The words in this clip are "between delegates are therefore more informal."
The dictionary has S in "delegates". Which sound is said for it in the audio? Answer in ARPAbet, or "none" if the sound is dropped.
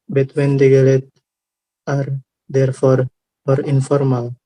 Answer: none